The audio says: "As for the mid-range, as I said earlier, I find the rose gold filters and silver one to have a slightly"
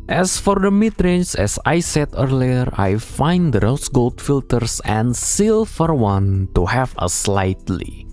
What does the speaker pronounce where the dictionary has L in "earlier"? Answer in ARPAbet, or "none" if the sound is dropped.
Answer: L